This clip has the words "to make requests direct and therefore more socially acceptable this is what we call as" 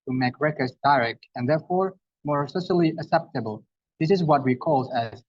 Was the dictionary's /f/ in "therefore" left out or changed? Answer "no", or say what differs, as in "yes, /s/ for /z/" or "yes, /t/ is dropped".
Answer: no